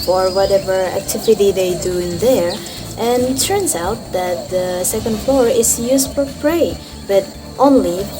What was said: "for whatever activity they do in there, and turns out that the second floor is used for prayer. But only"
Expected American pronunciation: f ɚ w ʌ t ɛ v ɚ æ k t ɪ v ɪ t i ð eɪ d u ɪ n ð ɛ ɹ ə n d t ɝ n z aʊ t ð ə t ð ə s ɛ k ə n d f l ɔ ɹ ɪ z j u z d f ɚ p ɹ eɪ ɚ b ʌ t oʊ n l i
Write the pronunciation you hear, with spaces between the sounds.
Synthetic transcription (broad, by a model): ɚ w ʌ t ɛ v ɚ æ k t ɪ v ɪ t i ð eɪ d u ɪ n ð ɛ ɹ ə n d t ɝ n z aʊ t ð ə t ð ə s ɛ k ə n d f l ɔ ɹ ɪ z j u z d f ɚ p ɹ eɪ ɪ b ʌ t oʊ n l i